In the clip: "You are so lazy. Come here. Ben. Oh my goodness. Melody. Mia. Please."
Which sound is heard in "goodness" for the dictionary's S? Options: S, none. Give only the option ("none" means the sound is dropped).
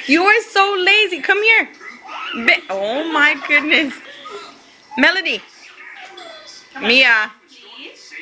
S